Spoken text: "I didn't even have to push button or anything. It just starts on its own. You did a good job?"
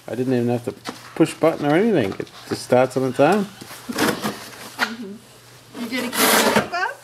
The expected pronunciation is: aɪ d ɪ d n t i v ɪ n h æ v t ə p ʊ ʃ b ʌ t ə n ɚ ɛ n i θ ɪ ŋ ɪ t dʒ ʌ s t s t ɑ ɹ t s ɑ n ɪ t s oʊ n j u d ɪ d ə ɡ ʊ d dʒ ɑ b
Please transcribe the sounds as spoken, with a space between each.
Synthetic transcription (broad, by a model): aɪ d ɪ d n t i v ɪ n h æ f t ə p ʊ ʃ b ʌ t n ɚ ɛ n i θ ɪ ŋ ɪ t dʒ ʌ s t s t ɑ ɹ t s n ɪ t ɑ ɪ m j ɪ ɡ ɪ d ə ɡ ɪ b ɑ